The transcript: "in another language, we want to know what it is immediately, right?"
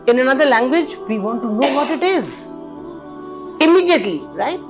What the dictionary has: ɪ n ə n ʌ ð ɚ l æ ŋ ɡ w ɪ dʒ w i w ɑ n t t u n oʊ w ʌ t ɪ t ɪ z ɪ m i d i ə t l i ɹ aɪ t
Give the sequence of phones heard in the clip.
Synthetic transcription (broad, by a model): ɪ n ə n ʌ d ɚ l æ ŋ ɡ w ɪ dʒ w i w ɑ n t t u n oʊ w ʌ t ɪ t ɪ z ɪ m i d i ə t l i ɹ aɪ t